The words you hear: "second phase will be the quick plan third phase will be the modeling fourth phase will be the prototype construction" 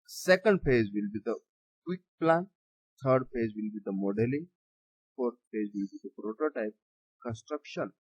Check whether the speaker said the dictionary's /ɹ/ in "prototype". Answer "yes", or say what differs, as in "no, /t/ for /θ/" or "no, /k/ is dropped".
yes